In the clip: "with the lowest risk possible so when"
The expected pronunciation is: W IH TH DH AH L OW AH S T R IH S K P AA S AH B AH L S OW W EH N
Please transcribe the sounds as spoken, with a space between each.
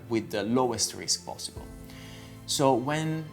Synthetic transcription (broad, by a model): W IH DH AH L OW AH S T R IH S K P AA S AH B AH L S OW W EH N